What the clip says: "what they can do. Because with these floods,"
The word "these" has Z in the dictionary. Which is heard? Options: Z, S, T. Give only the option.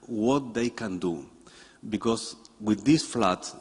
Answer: S